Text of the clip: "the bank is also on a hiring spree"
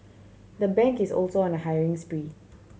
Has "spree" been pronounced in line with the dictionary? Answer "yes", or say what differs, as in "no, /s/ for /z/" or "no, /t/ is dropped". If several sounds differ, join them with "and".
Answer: yes